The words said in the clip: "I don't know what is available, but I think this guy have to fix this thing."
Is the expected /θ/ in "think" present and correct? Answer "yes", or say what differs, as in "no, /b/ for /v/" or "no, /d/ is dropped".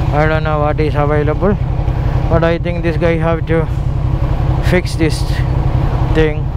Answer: no, /t/ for /θ/